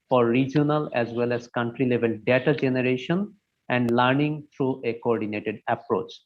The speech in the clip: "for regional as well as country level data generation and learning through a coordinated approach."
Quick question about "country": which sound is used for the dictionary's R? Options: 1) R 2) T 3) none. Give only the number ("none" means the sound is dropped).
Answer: 1